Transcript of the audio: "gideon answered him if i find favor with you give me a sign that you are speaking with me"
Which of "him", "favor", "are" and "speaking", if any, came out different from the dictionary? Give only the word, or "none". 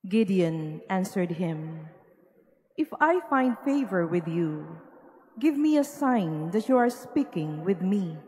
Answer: none